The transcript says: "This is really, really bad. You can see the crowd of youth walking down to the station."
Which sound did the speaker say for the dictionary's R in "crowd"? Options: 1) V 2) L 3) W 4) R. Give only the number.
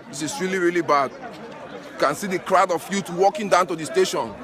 4